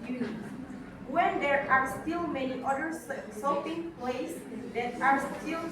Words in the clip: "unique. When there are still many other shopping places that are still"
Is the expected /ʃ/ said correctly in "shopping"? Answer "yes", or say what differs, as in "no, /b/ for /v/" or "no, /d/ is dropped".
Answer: no, /s/ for /ʃ/